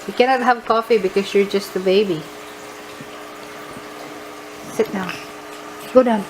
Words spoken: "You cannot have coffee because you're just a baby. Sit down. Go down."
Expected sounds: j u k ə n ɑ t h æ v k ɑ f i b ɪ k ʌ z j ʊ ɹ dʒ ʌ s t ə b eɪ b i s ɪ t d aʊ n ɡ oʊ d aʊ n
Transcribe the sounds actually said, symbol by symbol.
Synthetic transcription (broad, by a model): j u k ə n ɑ t h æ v k ɑ f i b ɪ k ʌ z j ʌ ɹ dʒ ʌ s t ə b eɪ b i s ɪ t d aʊ n ɡ oʊ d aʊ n